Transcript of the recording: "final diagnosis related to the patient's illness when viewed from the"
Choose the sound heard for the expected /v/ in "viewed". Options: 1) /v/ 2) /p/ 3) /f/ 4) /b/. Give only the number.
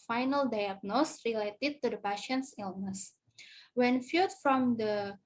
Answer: 3